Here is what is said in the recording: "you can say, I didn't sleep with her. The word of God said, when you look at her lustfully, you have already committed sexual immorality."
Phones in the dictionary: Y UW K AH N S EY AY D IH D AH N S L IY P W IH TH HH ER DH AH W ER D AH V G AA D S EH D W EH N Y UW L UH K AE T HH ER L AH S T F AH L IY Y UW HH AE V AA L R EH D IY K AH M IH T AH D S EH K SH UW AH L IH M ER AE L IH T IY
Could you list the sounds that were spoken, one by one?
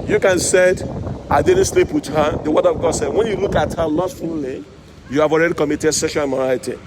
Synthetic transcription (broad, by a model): Y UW K AH N S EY AY D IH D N S L IY P W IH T HH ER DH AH W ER D AH V G AA D S EH D W EH N Y UW L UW K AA T HH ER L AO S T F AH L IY Y UW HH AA V AA L R EH D IY K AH M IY T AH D S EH SH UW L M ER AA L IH T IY